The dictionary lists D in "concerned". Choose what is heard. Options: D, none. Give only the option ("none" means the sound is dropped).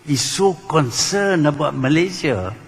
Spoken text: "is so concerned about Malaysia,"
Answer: none